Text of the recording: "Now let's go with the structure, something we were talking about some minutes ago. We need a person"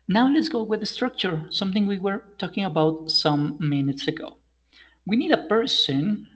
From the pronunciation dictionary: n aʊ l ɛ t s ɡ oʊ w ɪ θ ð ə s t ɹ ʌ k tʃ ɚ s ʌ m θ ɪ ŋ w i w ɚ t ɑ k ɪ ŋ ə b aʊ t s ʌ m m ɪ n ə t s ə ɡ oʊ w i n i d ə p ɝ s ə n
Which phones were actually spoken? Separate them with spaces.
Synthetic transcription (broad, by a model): n aʊ l ɛ t s ɡ oʊ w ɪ ð ə s t ɹ ʌ k tʃ ɚ s ʌ m θ ɪ ŋ w i w ɚ t ɑ k ɪ ŋ ə b aʊ t s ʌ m m ɪ n ə t s ə ɡ oʊ w i n i d ə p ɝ s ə n